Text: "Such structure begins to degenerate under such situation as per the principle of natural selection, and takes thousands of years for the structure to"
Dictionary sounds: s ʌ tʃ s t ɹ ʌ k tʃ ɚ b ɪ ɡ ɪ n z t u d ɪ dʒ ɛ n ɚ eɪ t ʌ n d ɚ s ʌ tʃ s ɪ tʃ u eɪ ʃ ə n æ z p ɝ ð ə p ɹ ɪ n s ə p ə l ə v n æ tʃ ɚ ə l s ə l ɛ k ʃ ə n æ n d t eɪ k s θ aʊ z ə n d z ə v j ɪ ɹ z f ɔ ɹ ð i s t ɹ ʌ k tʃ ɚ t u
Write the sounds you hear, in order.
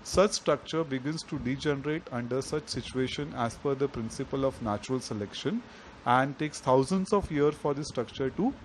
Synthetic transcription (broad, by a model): s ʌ tʃ s t ɹ ʌ k tʃ ɚ b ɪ ɡ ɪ n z t u d ɪ dʒ ɛ n ɚ eɪ t ʌ n d ɚ s ʌ tʃ s ɪ tʃ u eɪ ʃ ə n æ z f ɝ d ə p ɹ ɪ n s ə p ə l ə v n æ tʃ ɚ ə l s ə l ɛ k ʃ ə n æ n d t eɪ k s t aʊ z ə n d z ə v j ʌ ɹ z f ɔ ɹ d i s t ɹ ʌ k tʃ ɚ t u